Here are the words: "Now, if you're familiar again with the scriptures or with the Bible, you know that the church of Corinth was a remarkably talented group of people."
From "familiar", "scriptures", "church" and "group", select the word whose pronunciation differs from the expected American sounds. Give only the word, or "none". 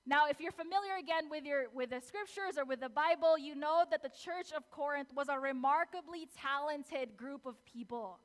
none